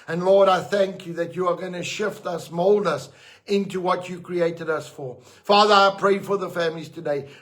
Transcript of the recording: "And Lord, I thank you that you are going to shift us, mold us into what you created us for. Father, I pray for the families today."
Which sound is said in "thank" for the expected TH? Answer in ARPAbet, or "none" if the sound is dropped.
TH